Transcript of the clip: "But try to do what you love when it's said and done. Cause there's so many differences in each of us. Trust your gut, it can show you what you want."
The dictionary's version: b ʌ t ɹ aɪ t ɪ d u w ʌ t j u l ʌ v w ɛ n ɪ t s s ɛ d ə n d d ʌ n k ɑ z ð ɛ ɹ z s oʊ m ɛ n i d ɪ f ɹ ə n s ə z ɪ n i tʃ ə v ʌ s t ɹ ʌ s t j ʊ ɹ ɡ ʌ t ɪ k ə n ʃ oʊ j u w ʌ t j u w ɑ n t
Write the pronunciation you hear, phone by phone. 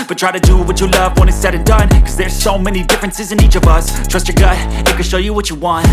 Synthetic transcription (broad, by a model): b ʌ t ɹ aɪ t ɪ d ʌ w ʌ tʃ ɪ l ʌ v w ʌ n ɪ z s s ɛ d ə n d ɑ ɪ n k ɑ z ð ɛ ɹ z s oʊ m ɛ n i d ɪ f ɹ ə n s ə z ɪ n i tʃ ə v ʌ s t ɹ ʌ s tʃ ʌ ɹ ɡ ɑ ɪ ɪ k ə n ʃ oʊ j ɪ w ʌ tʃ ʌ w ɑ n t